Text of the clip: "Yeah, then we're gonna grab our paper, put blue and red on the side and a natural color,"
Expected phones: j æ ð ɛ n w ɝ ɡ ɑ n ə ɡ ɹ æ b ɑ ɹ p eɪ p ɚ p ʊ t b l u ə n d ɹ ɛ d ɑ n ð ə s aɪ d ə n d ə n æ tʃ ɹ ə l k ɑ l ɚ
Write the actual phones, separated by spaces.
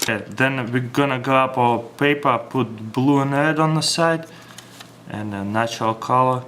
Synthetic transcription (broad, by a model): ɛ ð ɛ n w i ɡ ɑ n ə ɡ ɔ ɑ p p eɪ p ɚ p ʊ t b l u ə n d ɹ ɛ d ɑ n ð ə s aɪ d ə n ə n æ tʃ ɹ ə l k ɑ l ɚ